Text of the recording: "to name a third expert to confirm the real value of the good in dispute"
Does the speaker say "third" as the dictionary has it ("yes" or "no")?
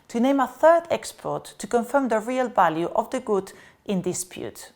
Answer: yes